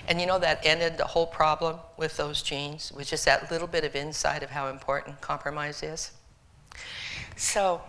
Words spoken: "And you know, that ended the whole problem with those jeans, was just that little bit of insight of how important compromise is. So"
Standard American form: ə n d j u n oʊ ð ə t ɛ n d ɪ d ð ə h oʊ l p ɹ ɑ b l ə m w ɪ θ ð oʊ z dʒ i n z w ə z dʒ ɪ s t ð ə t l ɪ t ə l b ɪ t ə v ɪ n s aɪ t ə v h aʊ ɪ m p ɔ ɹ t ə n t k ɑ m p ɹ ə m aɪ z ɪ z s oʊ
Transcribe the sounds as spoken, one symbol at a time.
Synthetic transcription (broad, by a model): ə n j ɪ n oʊ ð ə t ɛ n d ɪ d ð ə h oʊ l p ɹ ɑ b l ə m w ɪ ð oʊ z dʒ i n z w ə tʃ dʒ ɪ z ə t l ɪ t l b ɪ t ə v ɪ n s aɪ t ə v h aʊ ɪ m p ɔ ɹ t n k ɑ m p ɹ ə m aɪ z ɪ z s oʊ